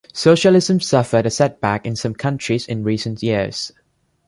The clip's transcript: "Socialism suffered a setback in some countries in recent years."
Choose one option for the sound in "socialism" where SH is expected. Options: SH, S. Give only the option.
SH